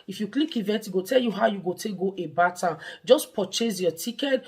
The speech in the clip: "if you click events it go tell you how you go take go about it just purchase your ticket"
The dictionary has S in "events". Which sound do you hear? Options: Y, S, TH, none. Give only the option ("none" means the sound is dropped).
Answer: none